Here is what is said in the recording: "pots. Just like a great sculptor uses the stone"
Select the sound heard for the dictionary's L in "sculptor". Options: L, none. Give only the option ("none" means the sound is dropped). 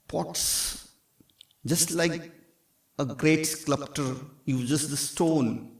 none